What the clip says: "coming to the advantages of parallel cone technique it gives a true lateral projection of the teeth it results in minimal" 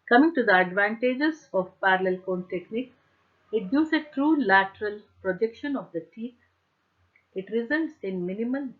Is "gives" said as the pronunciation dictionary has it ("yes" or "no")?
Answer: no